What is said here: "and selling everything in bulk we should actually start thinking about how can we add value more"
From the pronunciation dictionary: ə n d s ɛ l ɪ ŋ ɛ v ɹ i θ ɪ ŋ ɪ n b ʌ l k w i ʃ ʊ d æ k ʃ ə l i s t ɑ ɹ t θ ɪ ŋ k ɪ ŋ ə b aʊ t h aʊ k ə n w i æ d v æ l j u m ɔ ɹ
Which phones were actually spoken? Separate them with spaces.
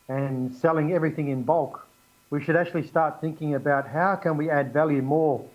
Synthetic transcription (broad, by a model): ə n s ɛ l ɪ ŋ ɛ v ɹ i θ ɪ ŋ ɪ n b ʌ l k w i ʃ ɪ d æ k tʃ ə l i s t ɑ ɹ t θ ɪ ŋ k ɪ ŋ ə b aʊ t h aʊ k ə n w i æ d v æ l j u m ɔ ɹ